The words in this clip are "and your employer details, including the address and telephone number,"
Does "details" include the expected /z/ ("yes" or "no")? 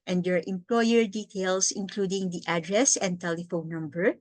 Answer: no